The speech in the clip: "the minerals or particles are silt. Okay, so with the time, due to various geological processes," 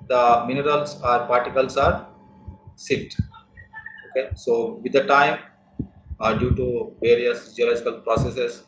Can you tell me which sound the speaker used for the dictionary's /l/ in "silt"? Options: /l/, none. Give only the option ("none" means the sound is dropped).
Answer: none